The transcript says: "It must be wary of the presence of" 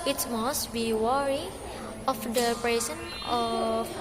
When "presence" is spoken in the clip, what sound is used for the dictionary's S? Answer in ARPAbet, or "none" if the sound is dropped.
none